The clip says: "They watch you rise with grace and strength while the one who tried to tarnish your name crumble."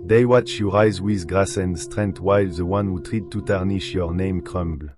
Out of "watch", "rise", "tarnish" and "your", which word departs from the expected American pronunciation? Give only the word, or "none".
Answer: none